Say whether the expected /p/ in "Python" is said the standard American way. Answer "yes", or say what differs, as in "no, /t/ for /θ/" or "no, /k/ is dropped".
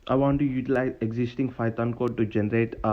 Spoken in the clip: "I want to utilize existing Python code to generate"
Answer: no, /f/ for /p/